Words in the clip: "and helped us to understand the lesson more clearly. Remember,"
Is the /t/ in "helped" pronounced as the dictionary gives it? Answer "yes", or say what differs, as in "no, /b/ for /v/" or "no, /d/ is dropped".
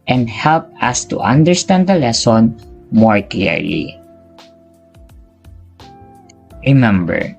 no, /t/ is dropped